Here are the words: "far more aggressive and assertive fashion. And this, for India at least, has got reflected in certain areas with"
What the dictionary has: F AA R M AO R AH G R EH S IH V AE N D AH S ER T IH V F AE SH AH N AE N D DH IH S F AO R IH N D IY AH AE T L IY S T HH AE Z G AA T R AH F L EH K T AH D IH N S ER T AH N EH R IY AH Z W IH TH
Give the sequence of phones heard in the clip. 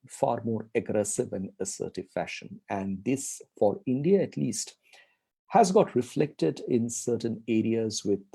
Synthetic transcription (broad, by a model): F AA R M AO R AH G R EH S IH V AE N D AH S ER T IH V F AE SH AH N AE N D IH S F AO R IH N D IY AH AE T L IY S T HH AE Z G AA T R AH F L EH K T AH D IH N S ER T AH N EH R IY AH Z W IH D